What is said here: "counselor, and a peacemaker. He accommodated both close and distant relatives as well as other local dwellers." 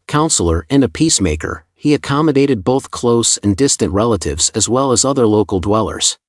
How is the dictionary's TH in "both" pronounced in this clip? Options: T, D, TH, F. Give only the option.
TH